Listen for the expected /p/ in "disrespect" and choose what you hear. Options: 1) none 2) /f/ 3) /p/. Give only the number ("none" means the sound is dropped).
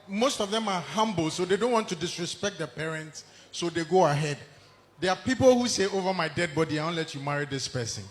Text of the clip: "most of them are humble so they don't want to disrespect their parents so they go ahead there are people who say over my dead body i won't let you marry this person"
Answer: 3